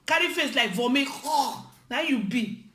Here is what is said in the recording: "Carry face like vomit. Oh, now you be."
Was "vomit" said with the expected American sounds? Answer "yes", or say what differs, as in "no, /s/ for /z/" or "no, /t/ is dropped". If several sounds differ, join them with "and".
no, /t/ is dropped